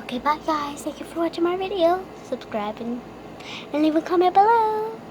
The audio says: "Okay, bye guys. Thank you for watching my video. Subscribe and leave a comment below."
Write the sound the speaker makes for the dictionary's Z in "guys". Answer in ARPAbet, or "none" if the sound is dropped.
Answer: none